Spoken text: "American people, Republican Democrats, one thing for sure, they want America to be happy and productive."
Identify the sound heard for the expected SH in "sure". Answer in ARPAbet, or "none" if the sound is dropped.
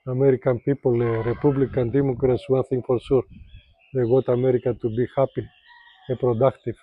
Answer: S